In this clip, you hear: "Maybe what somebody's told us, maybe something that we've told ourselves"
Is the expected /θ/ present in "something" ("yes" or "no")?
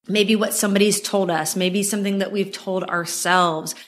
yes